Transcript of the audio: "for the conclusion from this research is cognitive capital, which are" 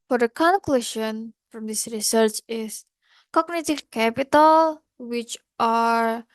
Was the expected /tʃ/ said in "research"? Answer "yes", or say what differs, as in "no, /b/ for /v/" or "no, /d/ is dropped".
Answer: yes